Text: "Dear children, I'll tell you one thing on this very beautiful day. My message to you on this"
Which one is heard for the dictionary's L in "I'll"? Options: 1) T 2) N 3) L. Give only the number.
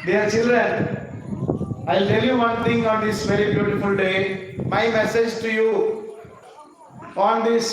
3